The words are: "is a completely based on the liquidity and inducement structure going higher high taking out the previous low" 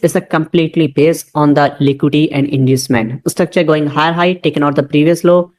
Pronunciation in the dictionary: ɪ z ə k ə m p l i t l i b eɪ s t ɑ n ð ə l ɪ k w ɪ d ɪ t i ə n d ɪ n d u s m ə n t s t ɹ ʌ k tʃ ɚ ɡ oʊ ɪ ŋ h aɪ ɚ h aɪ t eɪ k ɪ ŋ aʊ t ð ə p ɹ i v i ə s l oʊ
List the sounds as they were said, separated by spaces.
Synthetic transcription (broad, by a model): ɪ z ə k ə m p l i t l i b eɪ s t ɑ n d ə l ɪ k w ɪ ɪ t i ə n d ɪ n d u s m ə n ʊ s t ʌ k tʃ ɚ ɡ oʊ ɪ ŋ h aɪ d h aɪ t eɪ k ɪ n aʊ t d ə p ɹ i v i ə s l oʊ